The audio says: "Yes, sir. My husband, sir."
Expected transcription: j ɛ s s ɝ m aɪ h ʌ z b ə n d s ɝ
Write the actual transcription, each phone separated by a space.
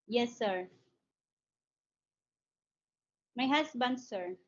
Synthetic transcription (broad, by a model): j ɛ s s ɝ m aɪ h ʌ s b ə n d s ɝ